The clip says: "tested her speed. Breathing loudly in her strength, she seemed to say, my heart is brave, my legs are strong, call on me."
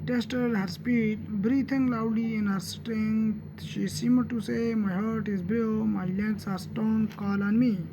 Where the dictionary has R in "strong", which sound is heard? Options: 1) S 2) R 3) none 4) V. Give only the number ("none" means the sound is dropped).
3